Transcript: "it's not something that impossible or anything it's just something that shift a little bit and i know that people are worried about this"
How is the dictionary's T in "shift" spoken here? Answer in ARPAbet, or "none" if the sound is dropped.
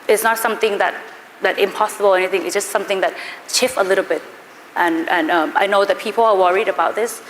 none